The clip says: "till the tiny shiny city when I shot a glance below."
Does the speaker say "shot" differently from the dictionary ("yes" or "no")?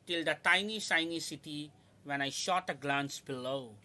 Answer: no